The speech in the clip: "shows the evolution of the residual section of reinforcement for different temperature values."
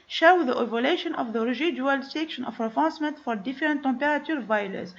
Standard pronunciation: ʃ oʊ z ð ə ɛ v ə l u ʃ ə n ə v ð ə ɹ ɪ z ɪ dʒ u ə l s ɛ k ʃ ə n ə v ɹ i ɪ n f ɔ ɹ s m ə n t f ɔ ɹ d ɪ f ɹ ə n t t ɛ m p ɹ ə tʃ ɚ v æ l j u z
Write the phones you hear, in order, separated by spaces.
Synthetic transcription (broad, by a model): ʃ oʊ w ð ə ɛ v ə l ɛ ʃ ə n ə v ð ə ɹ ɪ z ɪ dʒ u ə l s ɛ k ʃ ə n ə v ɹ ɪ f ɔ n s m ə n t f ɔ ɹ d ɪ f ɹ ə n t t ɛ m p ɹ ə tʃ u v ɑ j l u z